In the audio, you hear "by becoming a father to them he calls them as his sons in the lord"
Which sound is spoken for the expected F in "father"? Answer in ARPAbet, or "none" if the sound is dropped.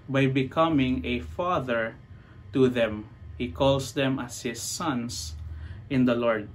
F